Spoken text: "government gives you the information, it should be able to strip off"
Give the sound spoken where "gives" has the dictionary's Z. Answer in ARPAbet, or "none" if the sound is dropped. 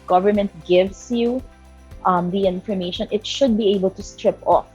S